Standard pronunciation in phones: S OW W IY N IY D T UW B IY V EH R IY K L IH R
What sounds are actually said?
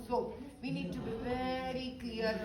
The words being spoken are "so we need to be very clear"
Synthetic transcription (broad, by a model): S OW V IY N IY D T UW B IY P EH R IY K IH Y